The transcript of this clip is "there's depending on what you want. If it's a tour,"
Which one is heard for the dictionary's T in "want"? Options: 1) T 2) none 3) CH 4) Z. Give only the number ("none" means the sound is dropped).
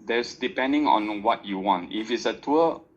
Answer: 1